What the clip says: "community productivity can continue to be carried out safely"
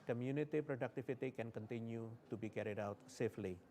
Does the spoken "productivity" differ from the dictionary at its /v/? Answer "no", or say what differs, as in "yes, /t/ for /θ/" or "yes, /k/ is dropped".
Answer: yes, /f/ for /v/